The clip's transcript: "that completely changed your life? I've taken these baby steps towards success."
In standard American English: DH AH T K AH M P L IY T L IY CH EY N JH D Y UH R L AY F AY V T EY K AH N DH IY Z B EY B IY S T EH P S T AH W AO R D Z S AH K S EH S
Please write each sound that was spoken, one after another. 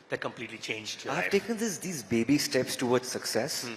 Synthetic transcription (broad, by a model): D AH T K AH M P L IY T L IY CH EY N JH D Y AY AY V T EY K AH N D IY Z B EY B IY S T EH P S T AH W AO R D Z S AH K S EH S